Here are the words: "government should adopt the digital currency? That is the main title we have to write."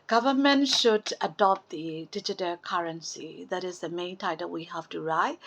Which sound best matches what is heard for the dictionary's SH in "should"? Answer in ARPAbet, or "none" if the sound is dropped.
SH